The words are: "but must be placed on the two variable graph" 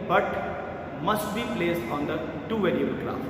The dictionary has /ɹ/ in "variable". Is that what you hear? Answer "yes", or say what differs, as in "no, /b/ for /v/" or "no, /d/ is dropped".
no, /l/ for /ɹ/